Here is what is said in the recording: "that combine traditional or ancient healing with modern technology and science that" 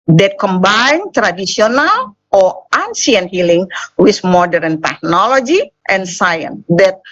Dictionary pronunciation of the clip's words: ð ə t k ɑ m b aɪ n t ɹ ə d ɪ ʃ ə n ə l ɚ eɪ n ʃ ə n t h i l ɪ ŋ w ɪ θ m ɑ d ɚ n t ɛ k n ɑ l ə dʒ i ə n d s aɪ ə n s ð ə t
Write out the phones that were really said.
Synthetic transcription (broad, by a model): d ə t k ɑ m b aɪ n t ɹ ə d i s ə n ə l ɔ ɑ n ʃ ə n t h i l ɪ ŋ w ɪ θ m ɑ d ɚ n t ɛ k n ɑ l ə dʒ i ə n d s aɪ ə n s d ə t